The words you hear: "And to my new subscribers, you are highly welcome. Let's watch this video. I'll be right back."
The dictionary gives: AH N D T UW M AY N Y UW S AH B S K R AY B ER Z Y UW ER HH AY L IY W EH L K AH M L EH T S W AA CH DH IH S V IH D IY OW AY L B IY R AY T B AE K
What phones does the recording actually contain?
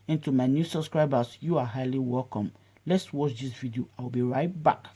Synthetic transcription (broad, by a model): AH N T UW M AY N Y UW S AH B S K R AY B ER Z Y UW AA HH AY L IY W EH L K AH M L EH T S W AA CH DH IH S V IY D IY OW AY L B IY R AY T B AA K